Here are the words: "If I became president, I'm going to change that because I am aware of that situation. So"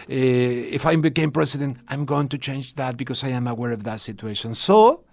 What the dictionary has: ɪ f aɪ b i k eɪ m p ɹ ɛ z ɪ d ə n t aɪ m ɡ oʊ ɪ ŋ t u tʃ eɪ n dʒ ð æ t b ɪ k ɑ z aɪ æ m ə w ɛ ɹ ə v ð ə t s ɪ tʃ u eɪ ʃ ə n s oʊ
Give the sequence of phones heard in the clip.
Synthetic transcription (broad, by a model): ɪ f aɪ b i k eɪ m p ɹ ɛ s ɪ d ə n t aɪ m ɡ oʊ ɪ ŋ t u tʃ eɪ n dʒ ð æ t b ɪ k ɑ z aɪ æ m ə w ɛ ɹ ə v ð ə t s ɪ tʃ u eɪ ʃ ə n s oʊ